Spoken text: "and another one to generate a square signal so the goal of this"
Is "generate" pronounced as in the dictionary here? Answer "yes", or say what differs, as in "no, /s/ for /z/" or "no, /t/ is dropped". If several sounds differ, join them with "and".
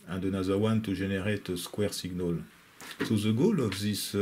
no, /ʒ/ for /dʒ/